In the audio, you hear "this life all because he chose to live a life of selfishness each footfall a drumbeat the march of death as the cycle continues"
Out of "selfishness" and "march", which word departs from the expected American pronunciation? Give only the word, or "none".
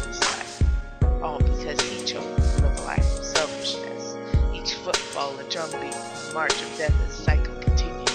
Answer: none